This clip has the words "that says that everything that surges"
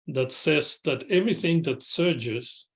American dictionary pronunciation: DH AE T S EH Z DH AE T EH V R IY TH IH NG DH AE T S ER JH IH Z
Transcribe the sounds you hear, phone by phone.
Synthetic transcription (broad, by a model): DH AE T S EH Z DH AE T EH V R IY TH IH NG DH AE T S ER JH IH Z